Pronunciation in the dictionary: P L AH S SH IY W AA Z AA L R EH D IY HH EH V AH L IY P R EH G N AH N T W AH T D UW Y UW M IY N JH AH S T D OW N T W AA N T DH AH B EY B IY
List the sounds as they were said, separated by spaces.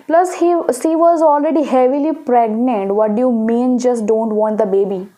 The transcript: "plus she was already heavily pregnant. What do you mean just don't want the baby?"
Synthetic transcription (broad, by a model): P L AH S S IY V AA Z AA L R EH D IY HH EH V AH L IY P R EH G N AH N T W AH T D UW Y UW M IY N JH AH S T D OW N T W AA N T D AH B EY B IY